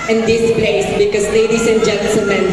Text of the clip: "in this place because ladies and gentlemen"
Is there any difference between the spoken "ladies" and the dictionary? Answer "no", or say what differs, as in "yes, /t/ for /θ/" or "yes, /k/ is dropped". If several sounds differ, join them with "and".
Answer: yes, /s/ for /z/